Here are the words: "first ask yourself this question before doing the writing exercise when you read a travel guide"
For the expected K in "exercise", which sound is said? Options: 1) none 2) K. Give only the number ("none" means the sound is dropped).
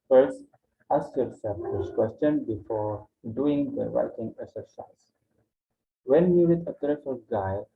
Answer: 1